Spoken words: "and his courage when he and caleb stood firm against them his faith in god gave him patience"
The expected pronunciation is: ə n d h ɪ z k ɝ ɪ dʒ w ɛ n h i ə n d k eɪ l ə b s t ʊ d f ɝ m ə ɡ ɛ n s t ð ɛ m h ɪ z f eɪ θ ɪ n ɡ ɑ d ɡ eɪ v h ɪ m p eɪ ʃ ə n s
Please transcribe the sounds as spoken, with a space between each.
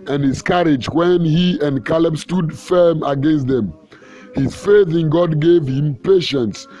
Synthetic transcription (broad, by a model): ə n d h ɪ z k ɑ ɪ dʒ w ɛ n h i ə n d k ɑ l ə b s t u d f ɝ m ə ɡ ɛ n s t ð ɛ m h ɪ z f eɪ θ ɪ n ɡ ɑ d ɡ eɪ v h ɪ m p eɪ ʃ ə n s